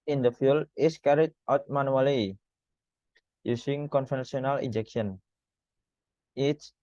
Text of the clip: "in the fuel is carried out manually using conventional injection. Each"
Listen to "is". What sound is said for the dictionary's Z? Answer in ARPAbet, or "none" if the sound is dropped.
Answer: S